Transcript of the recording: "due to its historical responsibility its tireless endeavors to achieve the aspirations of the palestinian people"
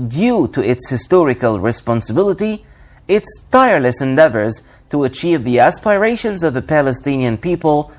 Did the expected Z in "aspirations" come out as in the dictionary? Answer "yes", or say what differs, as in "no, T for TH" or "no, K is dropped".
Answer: yes